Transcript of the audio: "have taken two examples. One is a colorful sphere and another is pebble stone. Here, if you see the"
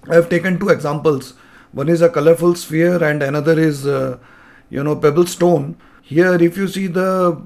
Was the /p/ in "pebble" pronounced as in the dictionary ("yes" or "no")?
yes